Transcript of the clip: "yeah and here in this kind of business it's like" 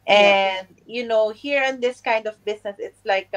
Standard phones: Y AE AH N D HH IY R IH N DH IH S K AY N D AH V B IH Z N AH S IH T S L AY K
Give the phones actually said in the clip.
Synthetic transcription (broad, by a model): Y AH N D HH IY R IH N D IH S K AY N D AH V B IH S N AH S IH T S L AY K